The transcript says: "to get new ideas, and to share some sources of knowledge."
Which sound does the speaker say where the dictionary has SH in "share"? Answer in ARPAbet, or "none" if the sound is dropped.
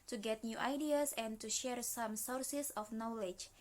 SH